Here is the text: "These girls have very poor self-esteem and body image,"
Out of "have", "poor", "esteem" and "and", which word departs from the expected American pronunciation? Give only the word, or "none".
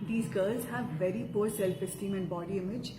none